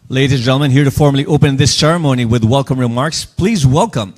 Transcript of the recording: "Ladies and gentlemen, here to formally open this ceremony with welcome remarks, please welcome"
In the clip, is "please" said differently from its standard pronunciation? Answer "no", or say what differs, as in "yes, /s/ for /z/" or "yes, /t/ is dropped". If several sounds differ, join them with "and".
no